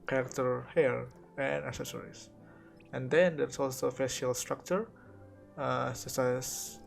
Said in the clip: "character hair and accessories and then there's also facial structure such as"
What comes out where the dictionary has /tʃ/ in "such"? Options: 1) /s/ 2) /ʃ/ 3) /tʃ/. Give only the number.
1